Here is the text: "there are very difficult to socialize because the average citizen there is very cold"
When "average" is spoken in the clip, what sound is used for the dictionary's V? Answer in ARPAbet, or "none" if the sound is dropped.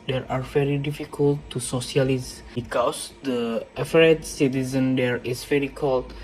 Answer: F